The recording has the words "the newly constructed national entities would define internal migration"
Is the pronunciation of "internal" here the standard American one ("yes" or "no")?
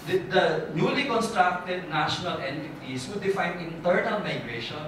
no